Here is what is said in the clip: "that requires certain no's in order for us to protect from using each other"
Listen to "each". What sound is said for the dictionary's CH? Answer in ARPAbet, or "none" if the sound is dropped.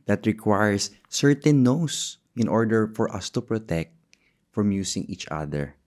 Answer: CH